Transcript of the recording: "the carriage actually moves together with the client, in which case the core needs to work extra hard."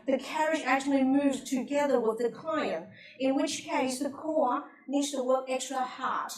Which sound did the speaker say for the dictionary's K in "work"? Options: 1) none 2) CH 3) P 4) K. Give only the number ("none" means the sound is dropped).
1